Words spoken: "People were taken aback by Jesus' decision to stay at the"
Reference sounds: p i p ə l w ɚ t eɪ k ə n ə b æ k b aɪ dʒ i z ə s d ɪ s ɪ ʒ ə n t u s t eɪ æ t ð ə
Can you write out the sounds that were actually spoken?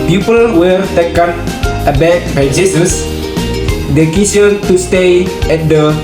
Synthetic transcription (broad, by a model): p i p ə l w ɚ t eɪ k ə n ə b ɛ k b aɪ dʒ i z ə s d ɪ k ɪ s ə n t u s t eɪ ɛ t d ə